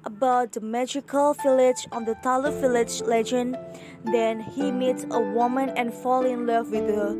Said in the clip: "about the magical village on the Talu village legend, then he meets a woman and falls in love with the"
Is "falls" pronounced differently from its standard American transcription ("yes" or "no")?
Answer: yes